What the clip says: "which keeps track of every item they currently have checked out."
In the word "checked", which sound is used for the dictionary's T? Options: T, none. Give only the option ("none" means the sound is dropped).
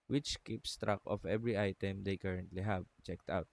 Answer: T